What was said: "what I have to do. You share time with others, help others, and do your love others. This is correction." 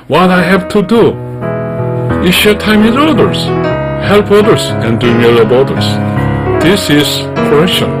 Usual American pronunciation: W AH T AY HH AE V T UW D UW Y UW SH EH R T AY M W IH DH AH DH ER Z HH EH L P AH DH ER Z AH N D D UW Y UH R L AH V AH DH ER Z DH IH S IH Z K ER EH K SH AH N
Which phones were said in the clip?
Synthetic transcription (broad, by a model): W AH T AY HH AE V T UW D UW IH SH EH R T AY M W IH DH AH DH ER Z HH EH L P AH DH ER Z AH N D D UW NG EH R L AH B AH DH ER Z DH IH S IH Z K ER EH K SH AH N